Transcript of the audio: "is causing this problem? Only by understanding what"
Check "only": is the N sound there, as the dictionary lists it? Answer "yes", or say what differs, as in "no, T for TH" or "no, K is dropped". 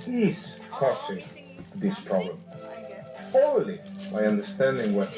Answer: no, N is dropped